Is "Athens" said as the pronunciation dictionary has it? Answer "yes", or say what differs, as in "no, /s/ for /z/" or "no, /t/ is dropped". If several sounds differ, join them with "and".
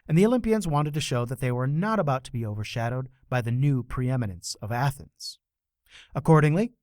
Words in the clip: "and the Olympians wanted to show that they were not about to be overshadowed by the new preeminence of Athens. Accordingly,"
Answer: yes